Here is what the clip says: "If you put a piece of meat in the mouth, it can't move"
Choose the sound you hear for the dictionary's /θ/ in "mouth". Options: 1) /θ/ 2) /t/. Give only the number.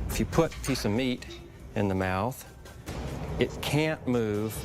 1